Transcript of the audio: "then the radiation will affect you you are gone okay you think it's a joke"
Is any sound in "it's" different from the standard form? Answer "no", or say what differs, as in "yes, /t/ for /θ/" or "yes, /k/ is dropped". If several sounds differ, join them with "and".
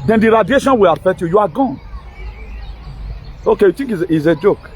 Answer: yes, /s/ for /t/